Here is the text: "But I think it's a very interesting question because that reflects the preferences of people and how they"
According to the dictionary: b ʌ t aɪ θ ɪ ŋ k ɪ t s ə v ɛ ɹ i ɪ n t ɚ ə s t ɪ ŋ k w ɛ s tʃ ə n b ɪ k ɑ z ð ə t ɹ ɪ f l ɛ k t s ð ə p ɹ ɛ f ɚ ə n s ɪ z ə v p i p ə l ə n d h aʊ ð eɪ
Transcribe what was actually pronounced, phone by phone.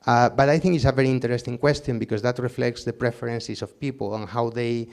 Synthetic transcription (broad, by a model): b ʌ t aɪ θ ɪ ŋ k ɪ t s ə v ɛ ɹ i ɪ n t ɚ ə s t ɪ ŋ k w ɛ s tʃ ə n b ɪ k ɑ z ð ə t ɹ ɪ f l ɛ k t s ð ə p ɹ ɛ f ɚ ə n s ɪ s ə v p i p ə l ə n h aʊ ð eɪ